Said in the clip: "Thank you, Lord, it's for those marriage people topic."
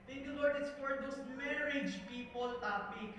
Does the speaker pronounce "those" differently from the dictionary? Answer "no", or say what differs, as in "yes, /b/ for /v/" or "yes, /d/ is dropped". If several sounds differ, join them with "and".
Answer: yes, /s/ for /z/